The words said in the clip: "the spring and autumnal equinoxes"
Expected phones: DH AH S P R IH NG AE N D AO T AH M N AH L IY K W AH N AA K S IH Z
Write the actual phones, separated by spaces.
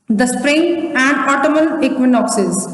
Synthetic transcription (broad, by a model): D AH S P R IH NG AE N D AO T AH M AH L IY K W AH N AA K S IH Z